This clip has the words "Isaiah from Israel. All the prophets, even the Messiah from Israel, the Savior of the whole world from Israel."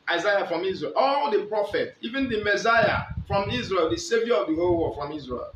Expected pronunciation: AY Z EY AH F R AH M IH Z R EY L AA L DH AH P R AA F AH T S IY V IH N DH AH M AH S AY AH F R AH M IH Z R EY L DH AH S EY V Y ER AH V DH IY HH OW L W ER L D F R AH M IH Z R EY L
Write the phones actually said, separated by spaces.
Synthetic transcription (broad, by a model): AY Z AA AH F R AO M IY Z R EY L AA L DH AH P R AA F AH T IY V IH N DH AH M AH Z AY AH F R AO M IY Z R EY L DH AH S EY V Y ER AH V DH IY HH OW L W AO F R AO M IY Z R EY L